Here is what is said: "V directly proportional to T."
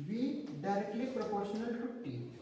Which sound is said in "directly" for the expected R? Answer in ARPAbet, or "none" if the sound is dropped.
R